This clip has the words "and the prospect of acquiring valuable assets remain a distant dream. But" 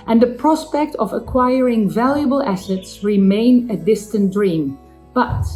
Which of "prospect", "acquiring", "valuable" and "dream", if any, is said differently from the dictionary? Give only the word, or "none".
none